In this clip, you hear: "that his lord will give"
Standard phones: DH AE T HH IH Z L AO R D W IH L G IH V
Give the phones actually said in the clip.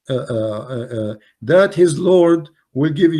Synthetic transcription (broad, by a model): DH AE T HH IH Z L AO R D W IH L G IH V